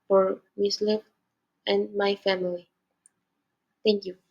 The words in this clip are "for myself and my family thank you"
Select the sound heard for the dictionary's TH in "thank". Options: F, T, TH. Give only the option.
T